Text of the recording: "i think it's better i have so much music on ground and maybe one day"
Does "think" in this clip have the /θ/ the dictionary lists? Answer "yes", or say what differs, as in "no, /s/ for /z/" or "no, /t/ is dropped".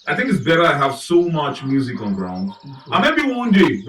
yes